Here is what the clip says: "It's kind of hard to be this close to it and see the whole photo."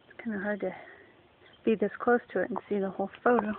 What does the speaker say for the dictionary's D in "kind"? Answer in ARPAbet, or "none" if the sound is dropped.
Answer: none